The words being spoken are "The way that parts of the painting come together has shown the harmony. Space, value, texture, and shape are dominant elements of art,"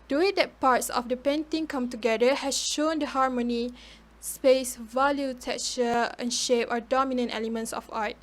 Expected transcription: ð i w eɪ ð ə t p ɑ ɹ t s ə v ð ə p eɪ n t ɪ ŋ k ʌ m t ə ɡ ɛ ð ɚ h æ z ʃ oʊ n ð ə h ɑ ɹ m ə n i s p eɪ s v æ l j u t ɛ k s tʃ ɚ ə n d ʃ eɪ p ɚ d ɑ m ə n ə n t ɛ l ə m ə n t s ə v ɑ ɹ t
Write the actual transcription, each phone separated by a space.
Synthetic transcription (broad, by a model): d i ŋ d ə t p ɑ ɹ t s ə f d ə p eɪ n t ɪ ŋ k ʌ m t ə ɡ ɛ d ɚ h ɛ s ʃ oʊ n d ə h ɑ ɹ m ə n i s p eɪ s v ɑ l j u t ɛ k tʃ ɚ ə n ʃ eɪ p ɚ d ɑ m ə n ə n t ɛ l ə m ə n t s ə f ɑ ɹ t